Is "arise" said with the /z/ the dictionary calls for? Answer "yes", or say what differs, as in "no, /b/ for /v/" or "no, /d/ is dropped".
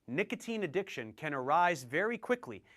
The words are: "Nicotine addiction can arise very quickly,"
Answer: yes